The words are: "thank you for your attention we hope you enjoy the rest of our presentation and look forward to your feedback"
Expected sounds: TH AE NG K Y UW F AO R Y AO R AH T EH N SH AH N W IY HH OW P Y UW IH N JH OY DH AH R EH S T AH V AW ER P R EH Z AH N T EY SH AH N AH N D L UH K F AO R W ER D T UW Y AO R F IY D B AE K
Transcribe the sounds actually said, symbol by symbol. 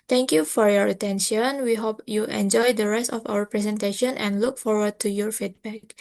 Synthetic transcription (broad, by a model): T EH NG K Y UW F AO R Y AO R AH T EH N SH AH N W IY HH OW P Y UW IH N JH OY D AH R EH S T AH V AW ER P R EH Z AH N T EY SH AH N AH N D L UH K F AO R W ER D T UW Y AO R F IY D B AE K